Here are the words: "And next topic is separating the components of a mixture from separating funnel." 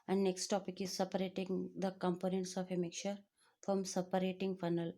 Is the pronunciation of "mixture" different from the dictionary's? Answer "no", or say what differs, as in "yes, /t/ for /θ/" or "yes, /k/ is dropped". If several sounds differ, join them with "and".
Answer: yes, /s/ is dropped